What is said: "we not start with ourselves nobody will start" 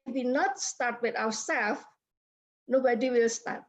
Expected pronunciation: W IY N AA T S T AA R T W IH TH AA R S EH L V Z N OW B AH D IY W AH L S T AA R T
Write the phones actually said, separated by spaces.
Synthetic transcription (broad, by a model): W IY N AA T S T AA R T W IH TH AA W S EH L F N OW B AH D IY W AH L S T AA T